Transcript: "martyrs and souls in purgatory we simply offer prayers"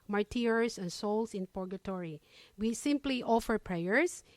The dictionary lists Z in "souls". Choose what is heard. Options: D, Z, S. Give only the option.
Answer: S